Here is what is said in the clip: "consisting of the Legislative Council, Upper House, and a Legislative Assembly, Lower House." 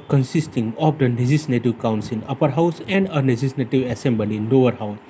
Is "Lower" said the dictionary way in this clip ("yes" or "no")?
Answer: no